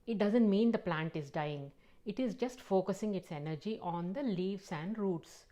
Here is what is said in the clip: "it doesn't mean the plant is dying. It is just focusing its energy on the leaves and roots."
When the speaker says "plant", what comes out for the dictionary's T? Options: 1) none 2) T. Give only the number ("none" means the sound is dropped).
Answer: 2